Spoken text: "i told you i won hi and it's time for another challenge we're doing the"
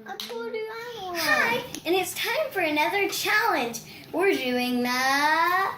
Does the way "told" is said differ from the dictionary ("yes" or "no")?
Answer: yes